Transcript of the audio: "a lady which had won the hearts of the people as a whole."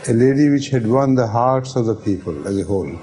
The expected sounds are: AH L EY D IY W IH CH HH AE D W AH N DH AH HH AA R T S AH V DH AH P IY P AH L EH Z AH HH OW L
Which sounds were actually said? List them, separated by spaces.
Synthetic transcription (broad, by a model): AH L EY D IY W IH CH HH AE D W AH N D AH HH AA R T S AH V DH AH P IY P AH L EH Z AH HH OW L